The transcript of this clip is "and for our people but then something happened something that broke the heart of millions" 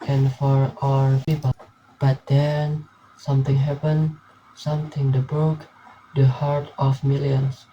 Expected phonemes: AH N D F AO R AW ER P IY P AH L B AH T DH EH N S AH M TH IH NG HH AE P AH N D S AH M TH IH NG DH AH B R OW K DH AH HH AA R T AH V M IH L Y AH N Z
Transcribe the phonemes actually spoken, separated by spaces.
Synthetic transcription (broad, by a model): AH N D F AO R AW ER P IY P AH L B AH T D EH N S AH M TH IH NG HH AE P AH N S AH M T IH NG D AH B R OW K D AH HH AA R T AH F M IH L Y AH N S